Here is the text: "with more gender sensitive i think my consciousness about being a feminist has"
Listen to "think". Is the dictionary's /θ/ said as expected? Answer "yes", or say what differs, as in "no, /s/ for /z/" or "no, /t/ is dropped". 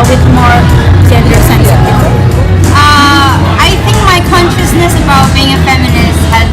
yes